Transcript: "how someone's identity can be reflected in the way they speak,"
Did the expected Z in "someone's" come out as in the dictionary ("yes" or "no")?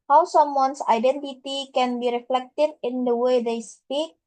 no